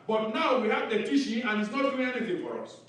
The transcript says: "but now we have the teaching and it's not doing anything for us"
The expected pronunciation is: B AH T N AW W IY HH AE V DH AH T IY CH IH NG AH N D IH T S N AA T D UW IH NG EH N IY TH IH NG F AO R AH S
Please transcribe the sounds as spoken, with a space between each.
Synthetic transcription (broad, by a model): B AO T N AW W IY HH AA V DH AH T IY SH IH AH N IH T S N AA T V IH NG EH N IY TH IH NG F AO R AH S